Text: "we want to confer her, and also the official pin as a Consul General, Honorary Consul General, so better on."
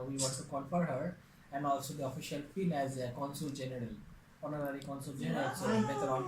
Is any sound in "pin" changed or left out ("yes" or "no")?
yes